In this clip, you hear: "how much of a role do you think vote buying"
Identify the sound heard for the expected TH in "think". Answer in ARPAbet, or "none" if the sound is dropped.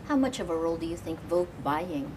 TH